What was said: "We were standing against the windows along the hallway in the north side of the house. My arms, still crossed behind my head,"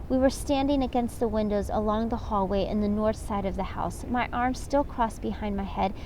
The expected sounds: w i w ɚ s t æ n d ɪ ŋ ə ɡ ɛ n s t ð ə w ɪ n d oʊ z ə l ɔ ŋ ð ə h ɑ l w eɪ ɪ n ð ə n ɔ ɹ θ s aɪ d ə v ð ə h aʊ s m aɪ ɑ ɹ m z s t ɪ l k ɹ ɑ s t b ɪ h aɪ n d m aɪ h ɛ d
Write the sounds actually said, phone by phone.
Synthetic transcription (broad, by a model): w i w ɚ s t æ n d ɪ ŋ ə ɡ ɛ n s t ð ə w ɪ n d oʊ z ə l ɔ ŋ ð ə h ɑ l w eɪ ɪ n ð ə n ɔ ɹ θ s aɪ d ə v ð ə h aʊ s m aɪ ɑ ɹ m z s t ɪ l k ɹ ɑ s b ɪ h aɪ n m aɪ h ɛ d